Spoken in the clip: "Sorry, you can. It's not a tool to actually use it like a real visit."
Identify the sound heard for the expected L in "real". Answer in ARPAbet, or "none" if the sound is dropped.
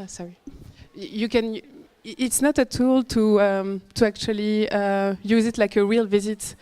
L